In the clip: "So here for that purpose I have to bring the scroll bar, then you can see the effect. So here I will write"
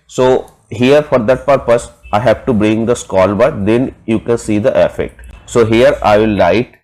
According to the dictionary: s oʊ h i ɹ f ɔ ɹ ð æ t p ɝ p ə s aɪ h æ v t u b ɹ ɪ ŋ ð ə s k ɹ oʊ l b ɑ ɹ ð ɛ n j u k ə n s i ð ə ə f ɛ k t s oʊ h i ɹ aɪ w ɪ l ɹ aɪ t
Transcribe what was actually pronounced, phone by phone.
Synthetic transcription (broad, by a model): s oʊ h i ɹ f ɔ ɹ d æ t p ɝ p ə s aɪ h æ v t u b ɹ ɪ ŋ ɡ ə s k oʊ l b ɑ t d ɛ n j u k ə n s i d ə ə f ɛ k t s oʊ h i ɹ aɪ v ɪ l aɪ t